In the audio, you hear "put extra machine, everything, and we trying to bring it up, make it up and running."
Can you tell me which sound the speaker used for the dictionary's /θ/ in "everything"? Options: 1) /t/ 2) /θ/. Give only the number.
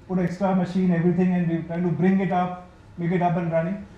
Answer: 1